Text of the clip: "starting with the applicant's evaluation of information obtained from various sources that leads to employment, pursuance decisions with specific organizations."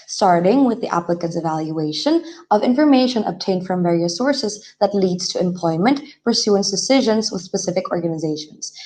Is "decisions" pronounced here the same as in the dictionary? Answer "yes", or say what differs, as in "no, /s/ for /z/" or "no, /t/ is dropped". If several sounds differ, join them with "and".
yes